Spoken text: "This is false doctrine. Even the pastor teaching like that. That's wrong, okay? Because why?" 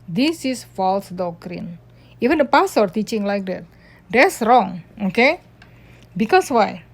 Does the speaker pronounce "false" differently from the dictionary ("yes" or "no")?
no